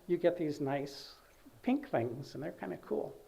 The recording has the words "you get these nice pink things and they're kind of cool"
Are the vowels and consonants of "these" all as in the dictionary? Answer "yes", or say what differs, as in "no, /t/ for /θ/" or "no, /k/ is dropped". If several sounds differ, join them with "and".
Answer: yes